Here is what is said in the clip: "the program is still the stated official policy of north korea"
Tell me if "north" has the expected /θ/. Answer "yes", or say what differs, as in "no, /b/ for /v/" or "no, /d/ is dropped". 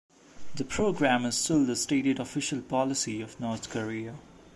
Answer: no, /t/ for /θ/